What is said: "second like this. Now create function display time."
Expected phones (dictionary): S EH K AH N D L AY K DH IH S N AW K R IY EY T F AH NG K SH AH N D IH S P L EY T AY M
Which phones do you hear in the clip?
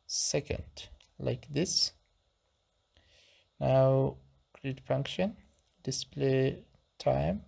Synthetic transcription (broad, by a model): S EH K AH N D L AY K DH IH S N AW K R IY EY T F AH NG K SH AH N D IH S P L EY T AY M